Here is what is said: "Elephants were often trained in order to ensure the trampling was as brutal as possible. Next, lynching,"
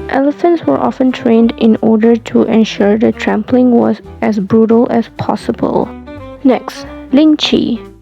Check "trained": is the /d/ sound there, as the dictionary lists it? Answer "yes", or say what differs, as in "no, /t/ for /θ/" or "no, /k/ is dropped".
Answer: yes